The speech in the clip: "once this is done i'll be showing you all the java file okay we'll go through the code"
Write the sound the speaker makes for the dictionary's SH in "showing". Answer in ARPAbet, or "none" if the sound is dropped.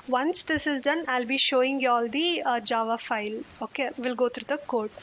SH